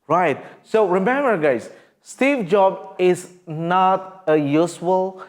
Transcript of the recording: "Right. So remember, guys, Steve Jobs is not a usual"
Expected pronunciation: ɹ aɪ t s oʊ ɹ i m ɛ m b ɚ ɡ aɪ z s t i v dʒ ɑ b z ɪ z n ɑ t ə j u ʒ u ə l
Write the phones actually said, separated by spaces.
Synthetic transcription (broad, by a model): ɹ aɪ t s oʊ ɹ i m ɛ m b ɚ ɡ aɪ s s t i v dʒ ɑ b ɪ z n ɑ t ə j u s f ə l